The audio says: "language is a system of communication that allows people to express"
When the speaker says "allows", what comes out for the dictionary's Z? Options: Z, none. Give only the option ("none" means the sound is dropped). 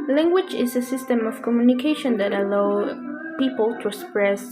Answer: none